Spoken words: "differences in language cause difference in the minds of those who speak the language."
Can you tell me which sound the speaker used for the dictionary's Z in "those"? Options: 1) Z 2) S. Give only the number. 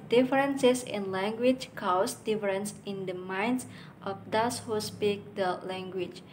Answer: 2